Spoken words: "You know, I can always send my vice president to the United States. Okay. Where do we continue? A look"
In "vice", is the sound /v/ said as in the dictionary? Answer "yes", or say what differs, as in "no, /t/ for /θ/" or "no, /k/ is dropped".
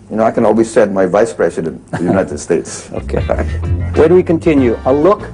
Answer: yes